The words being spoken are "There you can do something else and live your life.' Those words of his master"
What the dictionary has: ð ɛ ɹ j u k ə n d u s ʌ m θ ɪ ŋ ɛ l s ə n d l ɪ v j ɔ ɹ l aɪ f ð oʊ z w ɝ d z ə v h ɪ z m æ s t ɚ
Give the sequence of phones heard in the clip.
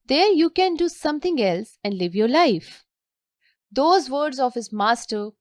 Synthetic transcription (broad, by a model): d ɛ ɹ j u k ə n d u s ʌ m t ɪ ŋ ɛ l s ə n d l ɪ v j ɔ ɹ l aɪ f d oʊ z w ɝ d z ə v h ɪ z m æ s t ɚ